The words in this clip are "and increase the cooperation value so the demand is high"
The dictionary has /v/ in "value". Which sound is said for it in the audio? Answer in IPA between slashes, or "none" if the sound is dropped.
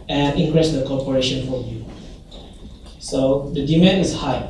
/f/